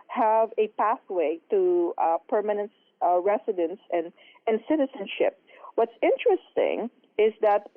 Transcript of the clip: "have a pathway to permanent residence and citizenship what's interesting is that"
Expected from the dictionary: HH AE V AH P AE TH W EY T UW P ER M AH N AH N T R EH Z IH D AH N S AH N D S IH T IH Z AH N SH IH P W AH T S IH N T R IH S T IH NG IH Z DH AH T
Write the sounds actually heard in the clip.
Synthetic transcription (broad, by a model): HH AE V AH P AE TH W EY T UW P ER M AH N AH N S R EH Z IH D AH N S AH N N S IH T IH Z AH N SH IH P W AH T S IH N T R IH S T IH NG IH Z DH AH T